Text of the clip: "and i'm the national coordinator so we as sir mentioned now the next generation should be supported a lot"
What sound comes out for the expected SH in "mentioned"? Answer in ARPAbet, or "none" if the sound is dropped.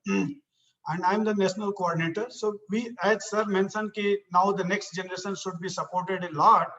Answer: S